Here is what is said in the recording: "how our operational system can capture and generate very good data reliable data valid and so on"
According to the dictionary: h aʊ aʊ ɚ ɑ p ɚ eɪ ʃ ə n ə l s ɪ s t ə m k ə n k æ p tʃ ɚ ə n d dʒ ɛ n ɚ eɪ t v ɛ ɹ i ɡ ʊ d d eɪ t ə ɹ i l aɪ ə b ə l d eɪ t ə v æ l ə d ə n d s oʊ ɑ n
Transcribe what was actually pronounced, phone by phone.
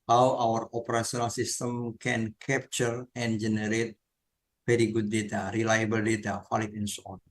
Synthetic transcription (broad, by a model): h aʊ aʊ ɚ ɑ p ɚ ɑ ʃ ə n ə l s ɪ s t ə m k ə n k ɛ p tʃ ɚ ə n dʒ ɛ n ɚ eɪ t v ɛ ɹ i ɡ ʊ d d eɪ t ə ɹ i l aɪ ə b ə l d eɪ t ə f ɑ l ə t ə n s oʊ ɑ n